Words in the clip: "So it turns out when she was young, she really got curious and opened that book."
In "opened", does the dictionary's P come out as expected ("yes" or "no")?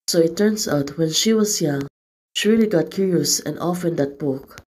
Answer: no